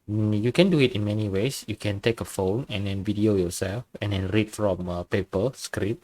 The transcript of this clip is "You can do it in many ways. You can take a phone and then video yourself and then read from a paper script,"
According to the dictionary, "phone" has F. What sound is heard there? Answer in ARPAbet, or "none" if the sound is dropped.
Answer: F